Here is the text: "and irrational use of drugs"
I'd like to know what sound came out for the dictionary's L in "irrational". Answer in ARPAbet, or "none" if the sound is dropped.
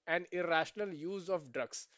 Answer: L